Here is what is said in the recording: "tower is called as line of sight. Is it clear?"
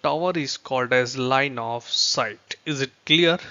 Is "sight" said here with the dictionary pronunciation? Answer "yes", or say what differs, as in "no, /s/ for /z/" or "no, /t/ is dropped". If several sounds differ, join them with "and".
yes